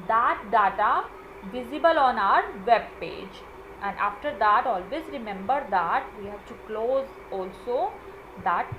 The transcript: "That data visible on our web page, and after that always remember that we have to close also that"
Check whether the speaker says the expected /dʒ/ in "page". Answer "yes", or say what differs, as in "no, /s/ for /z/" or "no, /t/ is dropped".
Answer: yes